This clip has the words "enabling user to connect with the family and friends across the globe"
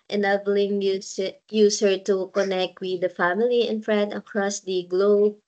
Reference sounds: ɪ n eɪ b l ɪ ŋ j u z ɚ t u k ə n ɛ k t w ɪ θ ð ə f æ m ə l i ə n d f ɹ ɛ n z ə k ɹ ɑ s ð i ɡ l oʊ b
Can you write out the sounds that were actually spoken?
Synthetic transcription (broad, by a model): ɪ n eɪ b l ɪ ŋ j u s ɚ t u k ə n ɛ k t w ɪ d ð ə f æ m ə l i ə n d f ɹ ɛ n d ə k ɹ ɑ s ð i ɡ l oʊ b